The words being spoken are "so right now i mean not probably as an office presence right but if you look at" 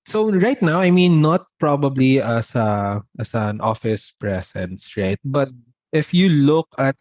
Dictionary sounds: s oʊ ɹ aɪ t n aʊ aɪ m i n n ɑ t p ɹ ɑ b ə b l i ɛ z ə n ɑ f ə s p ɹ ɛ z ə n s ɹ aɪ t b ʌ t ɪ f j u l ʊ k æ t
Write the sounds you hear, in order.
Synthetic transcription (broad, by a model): s oʊ ɹ aɪ t n aʊ aɪ m i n n ɑ t p ɹ ɑ b ə b l i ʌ s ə n ɑ f ə s p ɹ ɛ s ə n s ɹ aɪ t b ʌ t ɪ f j u l ʊ k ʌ t